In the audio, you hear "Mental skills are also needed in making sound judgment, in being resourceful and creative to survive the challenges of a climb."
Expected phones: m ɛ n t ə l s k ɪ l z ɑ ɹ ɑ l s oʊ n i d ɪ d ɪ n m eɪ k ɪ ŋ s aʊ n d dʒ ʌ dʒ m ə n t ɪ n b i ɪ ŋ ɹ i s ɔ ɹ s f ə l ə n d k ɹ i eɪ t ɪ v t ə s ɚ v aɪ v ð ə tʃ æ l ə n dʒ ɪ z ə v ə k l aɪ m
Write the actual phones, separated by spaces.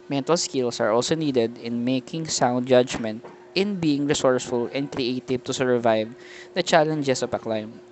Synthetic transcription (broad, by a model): m ɛ n t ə l s k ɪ l s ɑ ɹ ɑ l s oʊ n i d ɪ d ɪ n m eɪ k ɪ ŋ s aʊ n d dʒ ʌ dʒ m ə n t ɪ n b i ɪ ŋ ɹ i s ɔ ɹ s f ə l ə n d k ɹ i eɪ t ɪ v t ə s ɚ v aɪ v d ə tʃ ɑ l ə n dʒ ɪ s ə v ə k l aɪ m